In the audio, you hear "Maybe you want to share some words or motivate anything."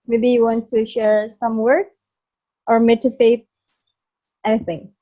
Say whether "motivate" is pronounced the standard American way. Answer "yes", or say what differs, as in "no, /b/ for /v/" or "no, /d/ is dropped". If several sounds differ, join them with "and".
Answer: no, /f/ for /v/